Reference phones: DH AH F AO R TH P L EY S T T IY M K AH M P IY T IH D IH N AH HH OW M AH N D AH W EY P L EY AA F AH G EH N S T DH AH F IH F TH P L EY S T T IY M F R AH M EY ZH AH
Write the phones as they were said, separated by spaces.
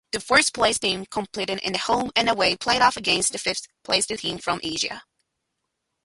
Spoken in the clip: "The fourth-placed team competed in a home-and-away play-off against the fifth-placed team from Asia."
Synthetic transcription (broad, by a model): DH AH F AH R S P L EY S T T IY M K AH M P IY T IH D IH N AH HH OW M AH N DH AH W EY P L EY AA F AH G EH N S T DH AH F IH F TH P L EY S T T IY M F R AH M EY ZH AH